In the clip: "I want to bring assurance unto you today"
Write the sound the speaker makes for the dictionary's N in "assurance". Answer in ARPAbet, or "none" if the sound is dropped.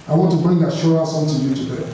none